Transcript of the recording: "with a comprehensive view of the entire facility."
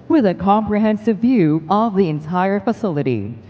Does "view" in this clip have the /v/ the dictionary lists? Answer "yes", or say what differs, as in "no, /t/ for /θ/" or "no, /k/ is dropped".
yes